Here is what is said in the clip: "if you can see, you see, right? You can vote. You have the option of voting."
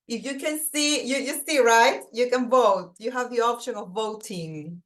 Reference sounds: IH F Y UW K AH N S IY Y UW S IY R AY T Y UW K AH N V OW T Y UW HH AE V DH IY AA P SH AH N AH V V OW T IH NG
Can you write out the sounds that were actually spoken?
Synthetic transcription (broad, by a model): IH F Y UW K AH N S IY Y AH S IY R AY T Y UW K AH N V OW T Y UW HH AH V DH IY AA P SH AH N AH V V OW T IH NG